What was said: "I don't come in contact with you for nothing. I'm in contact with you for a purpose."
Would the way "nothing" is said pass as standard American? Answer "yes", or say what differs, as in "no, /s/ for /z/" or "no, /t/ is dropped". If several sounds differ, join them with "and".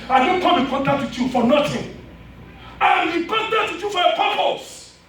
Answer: no, /t/ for /θ/